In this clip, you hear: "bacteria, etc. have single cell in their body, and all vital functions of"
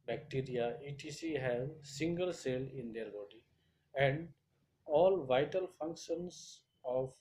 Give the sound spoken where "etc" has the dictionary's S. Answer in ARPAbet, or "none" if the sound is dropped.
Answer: none